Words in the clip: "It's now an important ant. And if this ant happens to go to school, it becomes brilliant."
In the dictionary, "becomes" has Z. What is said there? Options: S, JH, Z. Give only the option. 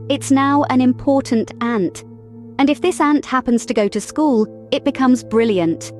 Z